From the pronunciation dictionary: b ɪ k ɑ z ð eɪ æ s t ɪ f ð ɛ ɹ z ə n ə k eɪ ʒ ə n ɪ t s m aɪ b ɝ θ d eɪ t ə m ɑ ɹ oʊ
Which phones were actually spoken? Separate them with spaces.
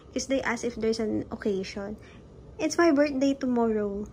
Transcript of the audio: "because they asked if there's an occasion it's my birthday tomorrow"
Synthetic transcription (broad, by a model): k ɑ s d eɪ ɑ s ɪ f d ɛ ɹ s ə n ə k eɪ ʃ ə n ɪ t s m aɪ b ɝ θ d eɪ t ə m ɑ ɹ oʊ